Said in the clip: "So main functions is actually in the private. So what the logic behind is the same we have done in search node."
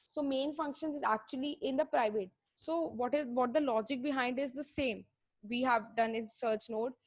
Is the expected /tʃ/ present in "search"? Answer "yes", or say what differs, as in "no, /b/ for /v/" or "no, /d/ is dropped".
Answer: yes